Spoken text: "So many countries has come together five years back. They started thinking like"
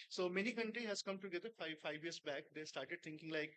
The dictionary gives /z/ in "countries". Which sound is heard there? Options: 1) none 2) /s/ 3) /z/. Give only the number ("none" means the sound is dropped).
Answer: 1